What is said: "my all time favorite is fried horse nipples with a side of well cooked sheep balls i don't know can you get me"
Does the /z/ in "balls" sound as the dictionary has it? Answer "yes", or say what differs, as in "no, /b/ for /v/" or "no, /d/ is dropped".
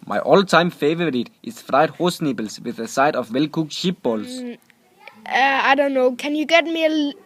no, /s/ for /z/